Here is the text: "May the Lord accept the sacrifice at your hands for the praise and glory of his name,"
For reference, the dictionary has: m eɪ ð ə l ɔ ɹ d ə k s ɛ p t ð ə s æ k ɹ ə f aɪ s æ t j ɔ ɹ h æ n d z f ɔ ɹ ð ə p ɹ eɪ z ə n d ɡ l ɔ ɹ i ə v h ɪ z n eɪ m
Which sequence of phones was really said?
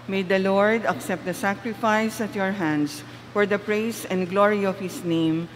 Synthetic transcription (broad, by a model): m eɪ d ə l ɔ ɹ d ə k s ɛ p t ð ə s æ k ɹ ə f aɪ s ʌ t j ɔ ɹ h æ n d s f ɔ ɹ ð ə p ɹ eɪ s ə n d ɡ l ɔ ɹ i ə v h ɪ s n eɪ m